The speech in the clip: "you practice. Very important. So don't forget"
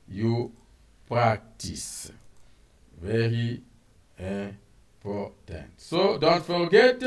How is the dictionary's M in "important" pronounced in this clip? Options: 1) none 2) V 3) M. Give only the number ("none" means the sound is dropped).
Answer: 1